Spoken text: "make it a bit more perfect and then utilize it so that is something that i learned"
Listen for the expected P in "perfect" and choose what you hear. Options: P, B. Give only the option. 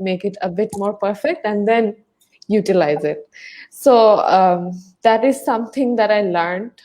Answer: P